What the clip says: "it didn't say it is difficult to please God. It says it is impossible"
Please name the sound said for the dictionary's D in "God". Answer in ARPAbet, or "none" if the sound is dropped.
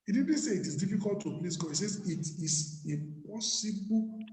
none